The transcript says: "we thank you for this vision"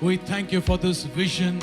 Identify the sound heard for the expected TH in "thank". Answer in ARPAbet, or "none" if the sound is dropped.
TH